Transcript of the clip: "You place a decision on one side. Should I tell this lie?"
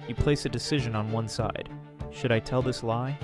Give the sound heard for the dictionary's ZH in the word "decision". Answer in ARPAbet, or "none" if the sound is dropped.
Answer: ZH